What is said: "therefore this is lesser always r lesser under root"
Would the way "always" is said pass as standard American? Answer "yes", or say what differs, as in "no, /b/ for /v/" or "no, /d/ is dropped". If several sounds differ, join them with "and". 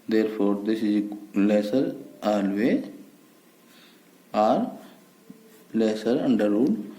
no, /z/ is dropped